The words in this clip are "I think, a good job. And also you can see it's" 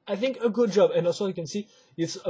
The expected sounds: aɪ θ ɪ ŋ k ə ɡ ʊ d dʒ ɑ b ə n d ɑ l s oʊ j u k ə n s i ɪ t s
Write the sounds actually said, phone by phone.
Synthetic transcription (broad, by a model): aɪ θ ɪ ŋ k ə ɡ ʊ d dʒ ɑ b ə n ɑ s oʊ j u k ə n s i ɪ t s